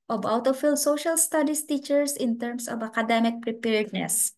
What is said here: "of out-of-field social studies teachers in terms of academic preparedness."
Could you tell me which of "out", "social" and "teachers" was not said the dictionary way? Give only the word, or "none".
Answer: teachers